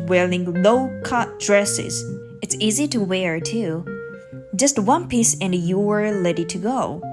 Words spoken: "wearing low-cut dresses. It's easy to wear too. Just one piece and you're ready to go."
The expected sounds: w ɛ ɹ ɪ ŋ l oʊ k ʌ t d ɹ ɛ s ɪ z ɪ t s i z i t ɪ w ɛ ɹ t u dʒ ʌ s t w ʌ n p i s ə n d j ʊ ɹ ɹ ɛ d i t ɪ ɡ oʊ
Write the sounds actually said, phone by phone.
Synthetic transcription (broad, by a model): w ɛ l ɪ ŋ l oʊ k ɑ t d ɹ ɛ s ɪ z ɪ t s i z i t ɪ w ɛ ɹ t u dʒ ʌ s t w ʌ n p i s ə n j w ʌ ɹ l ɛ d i t ɪ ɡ oʊ